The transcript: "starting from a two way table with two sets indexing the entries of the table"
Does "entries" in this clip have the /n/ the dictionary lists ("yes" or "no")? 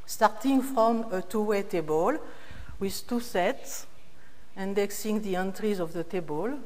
yes